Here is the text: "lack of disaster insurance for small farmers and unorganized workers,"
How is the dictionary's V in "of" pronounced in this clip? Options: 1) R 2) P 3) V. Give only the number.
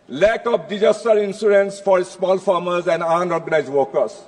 2